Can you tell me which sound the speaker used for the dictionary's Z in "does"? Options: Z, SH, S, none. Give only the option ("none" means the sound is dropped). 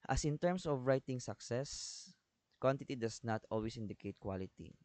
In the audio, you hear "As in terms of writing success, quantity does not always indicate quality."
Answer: S